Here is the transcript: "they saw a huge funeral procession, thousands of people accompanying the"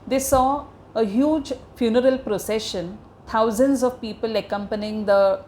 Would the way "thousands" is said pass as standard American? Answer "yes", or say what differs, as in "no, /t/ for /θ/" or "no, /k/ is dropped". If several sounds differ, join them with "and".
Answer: no, /t/ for /θ/